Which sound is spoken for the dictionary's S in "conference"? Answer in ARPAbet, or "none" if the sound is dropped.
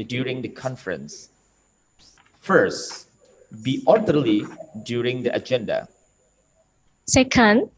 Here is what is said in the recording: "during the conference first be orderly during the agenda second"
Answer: S